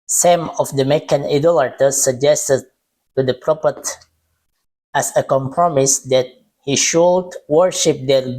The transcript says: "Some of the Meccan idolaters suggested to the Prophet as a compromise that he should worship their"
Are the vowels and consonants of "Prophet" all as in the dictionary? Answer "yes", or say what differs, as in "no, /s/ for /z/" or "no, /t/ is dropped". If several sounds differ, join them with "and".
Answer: no, /p/ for /f/